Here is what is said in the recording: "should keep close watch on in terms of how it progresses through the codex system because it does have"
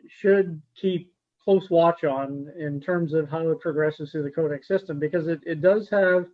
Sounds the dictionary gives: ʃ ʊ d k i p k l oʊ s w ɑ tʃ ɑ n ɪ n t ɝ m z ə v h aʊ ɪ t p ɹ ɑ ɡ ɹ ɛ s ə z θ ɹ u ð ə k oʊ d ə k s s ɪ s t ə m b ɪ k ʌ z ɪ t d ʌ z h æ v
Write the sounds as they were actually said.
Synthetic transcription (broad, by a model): ʃ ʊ d k i p k l oʊ s w ɑ tʃ n ɪ n t ɝ m z ə v h aʊ ɪ t p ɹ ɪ ɡ ɹ ɛ s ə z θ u ð ə k oʊ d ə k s s ɪ s t ə m b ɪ k ʌ z ɪ t d ʌ z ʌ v